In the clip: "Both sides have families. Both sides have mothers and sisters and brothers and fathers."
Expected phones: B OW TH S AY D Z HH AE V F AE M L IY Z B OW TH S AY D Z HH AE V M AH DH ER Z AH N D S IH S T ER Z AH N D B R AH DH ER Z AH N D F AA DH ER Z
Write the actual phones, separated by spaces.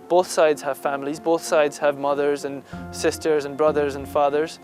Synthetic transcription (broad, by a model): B OW TH S AY D Z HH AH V F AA M L IY Z B OW TH S AY D Z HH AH V M AH DH ER Z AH N S IH S T ER Z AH N B R AH DH ER Z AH N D F AA DH ER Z